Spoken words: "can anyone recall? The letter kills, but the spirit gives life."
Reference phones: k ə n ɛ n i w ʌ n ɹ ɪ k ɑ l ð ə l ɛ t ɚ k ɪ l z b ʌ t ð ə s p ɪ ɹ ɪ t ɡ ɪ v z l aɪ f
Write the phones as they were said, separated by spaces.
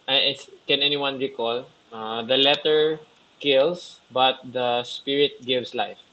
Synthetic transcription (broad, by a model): k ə n ɛ n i w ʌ n ɹ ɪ k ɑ l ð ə l ɛ t ɚ k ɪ l s b ʌ t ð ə s p ɪ ɹ ɪ t ɡ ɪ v s l aɪ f